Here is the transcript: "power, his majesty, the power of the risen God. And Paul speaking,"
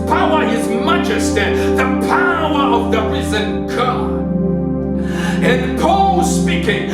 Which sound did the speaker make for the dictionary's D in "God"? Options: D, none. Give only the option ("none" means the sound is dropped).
none